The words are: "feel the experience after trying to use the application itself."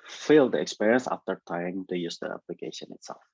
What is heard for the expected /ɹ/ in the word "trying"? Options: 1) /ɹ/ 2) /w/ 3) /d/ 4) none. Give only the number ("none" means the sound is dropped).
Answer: 4